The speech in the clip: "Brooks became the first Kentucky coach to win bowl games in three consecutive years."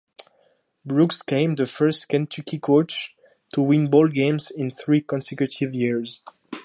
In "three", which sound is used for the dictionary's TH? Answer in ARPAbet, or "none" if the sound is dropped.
TH